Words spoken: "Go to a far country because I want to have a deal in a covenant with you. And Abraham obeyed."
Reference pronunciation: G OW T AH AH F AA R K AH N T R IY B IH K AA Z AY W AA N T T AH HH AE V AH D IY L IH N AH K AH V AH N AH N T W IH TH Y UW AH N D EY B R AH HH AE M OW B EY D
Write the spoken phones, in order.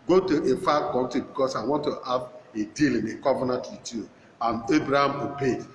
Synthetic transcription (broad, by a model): G OW T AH AH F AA K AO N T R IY B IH K AA S AY W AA N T T AH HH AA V AH D IY L IH N AH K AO V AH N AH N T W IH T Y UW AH N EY B R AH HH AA M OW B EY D